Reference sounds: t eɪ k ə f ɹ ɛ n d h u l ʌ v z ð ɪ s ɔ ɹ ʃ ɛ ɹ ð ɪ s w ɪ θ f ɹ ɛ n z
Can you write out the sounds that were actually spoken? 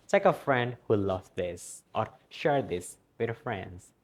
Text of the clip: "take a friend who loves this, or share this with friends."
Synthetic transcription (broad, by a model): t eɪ k ə f ɹ ɛ n d h u l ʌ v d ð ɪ s ɔ ɹ ʃ ɛ ɹ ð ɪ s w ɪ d f ɹ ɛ n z